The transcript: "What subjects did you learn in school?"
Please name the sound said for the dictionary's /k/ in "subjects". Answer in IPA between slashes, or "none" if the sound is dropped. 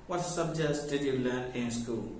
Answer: none